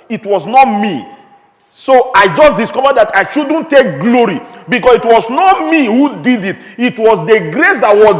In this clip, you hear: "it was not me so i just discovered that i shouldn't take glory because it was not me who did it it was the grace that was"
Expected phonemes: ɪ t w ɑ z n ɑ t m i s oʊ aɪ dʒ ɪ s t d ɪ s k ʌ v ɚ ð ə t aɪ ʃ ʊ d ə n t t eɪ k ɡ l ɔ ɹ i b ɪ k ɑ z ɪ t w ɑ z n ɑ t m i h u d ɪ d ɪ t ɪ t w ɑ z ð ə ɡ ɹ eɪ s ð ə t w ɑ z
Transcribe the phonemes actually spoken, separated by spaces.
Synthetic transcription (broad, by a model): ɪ t w ɑ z n ɑ t m i s oʊ aɪ dʒ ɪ s d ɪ s k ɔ v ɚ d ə t aɪ ʃ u d n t t eɪ k ɡ l ɔ ɹ i b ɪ k ɑ s ɪ t w ɑ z n ɑ t m i h u d ɪ d ɪ t ɪ t w ɑ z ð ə ɡ ɹ eɪ s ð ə t w ɑ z